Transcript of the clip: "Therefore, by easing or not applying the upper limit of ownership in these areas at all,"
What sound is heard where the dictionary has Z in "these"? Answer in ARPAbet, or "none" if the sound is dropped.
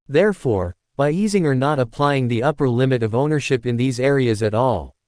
Z